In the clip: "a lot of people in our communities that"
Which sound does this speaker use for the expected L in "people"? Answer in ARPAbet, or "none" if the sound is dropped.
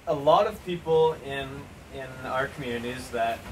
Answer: N